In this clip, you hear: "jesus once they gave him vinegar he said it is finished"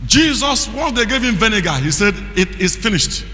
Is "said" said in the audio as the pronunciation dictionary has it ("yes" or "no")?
yes